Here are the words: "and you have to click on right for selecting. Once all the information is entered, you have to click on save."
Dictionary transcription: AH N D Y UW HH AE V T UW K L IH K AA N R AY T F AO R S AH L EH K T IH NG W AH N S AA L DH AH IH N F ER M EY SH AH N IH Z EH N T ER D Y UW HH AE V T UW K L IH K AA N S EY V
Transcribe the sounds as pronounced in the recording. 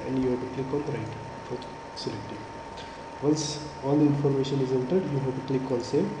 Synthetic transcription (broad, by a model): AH N D Y UW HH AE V T UW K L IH K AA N R AY T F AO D S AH L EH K T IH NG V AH L S AA L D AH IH N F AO M EY SH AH N IH Z EH N T ER D Y UW HH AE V T UW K L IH K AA L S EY